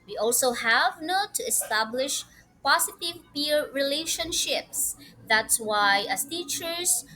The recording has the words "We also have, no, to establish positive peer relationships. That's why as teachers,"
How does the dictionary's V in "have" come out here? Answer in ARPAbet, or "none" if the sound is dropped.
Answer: V